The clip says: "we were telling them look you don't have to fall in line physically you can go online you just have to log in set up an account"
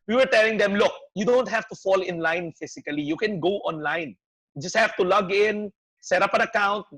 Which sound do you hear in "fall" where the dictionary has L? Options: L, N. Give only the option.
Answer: L